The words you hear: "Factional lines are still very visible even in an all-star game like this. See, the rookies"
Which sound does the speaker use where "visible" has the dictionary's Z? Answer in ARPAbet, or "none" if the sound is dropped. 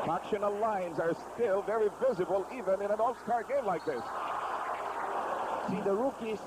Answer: Z